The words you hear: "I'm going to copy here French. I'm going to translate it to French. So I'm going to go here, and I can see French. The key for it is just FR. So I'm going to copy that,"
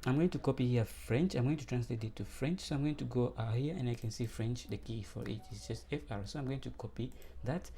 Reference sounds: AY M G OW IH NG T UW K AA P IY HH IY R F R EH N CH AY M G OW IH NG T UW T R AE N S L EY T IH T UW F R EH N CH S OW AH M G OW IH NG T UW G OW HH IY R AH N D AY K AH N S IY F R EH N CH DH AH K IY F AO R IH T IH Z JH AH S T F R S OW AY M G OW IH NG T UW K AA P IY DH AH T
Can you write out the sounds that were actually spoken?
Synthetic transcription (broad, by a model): AY M G OW IH NG T UW K AA P IY HH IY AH F R EH N CH AY M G OW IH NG T UW T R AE N S L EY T IH T UW F R EH N CH S OW AH M G OW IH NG T UW G OW HH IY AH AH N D AY K AH N S IY F R EH N CH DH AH K IY F AO R IH T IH S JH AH S T F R S OW AY M G OW IH NG T UW K AA P IY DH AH T